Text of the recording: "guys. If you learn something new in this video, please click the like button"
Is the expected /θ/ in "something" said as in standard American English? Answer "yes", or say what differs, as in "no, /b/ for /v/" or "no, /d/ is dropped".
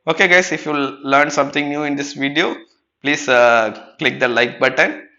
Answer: no, /t/ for /θ/